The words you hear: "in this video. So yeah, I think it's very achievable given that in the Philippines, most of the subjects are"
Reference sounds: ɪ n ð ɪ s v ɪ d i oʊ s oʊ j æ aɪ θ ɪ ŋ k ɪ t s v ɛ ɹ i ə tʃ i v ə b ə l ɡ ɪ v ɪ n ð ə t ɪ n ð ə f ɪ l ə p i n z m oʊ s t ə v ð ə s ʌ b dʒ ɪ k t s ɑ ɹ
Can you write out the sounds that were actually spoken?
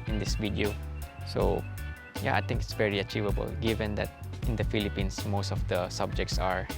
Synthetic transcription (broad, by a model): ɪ n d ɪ s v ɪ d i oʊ s oʊ j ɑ aɪ t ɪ ŋ k ɪ t s v ɛ ɹ i ə tʃ i v ə b ə l ɡ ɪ v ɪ n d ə t ɪ n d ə f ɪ l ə p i n s m oʊ s t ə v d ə s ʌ b dʒ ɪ k t s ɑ ɹ